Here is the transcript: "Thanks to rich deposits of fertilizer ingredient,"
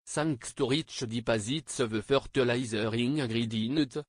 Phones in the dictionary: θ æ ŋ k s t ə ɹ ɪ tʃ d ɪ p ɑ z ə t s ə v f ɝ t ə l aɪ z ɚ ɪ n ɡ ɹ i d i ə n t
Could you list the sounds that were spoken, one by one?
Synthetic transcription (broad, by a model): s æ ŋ k s t ə ɹ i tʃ d ɪ p ɑ z ə t s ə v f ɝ t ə l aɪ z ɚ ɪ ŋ ɡ ɹ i d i n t